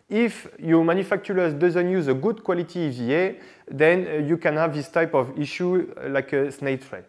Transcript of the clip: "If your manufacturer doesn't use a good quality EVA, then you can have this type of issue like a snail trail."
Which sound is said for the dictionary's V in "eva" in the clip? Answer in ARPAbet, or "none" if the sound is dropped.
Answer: none